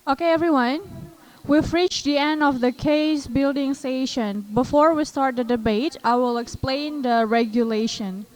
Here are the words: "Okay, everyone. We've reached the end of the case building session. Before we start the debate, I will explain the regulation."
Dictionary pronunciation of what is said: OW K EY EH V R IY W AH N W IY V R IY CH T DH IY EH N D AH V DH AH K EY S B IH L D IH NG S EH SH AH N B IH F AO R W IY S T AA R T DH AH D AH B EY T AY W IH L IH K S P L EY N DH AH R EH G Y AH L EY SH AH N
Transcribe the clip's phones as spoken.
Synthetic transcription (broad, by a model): OW K EY EH V R IY W AH N W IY F R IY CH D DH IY EH N D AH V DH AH K EY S B IH L D IH NG S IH SH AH N B IH F AO R W IY S T AA R T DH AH D AH B EY T AY W IH L IH K S P L EY N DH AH R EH G Y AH L EY SH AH N